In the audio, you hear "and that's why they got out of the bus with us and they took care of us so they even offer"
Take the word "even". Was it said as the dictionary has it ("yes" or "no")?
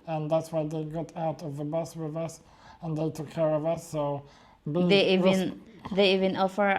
yes